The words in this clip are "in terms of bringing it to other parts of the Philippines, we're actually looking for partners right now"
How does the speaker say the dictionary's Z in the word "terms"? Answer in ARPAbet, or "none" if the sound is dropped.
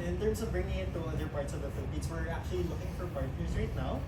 S